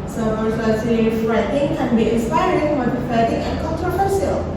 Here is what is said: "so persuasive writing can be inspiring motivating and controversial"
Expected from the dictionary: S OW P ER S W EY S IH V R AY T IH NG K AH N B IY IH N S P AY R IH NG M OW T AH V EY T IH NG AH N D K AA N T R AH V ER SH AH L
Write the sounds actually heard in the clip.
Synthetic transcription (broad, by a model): S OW F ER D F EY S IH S R AY T IH NG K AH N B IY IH N S P AY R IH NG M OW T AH F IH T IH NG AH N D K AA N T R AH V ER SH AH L